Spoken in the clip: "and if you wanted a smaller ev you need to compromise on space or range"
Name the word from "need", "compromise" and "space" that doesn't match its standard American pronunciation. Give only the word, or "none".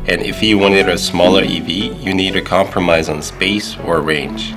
none